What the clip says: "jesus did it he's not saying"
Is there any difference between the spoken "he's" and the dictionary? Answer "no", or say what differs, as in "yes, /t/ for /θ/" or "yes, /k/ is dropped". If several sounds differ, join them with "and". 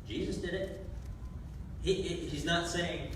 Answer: no